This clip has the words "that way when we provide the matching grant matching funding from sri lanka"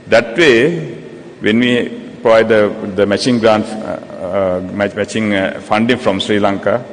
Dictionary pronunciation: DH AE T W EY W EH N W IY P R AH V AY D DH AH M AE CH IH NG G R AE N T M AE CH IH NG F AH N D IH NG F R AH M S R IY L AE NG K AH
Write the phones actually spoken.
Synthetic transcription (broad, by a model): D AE T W EY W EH N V IY P R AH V AY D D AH M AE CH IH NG G R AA N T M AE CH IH NG F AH N D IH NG F R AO M S R IY L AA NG K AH